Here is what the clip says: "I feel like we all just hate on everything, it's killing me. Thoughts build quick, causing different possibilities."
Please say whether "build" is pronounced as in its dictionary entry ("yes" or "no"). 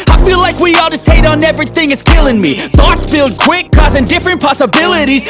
yes